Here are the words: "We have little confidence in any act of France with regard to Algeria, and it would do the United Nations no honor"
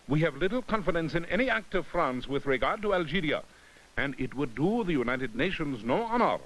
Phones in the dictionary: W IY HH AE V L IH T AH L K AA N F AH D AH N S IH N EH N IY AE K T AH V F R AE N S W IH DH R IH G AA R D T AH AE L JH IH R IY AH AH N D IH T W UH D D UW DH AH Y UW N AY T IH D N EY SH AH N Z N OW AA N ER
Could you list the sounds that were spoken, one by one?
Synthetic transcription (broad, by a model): W IY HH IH V L IH T L K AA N F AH D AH N S IH N EH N IY AE K T AH V F R AE N S W IH DH R IH G AA R D T AH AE L JH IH R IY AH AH N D IH T W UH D D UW DH AH Y UW N AY T IH D N EY SH AH N Z N OW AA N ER